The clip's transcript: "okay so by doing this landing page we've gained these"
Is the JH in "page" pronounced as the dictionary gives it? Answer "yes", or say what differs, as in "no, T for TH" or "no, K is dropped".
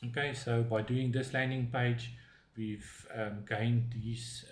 yes